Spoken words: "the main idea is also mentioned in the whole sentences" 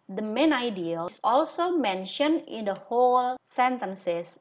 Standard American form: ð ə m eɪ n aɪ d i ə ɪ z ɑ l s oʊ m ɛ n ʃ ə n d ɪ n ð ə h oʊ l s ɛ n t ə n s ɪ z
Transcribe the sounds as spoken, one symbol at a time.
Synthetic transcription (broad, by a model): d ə m eɪ n aɪ d i ə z ɑ l s oʊ m ɛ n ʃ ə n d ɪ n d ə h oʊ l s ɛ n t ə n s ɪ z